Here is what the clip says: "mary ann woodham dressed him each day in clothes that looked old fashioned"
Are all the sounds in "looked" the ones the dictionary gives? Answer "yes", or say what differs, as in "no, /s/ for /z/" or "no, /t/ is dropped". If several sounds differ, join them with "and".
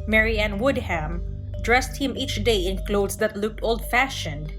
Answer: yes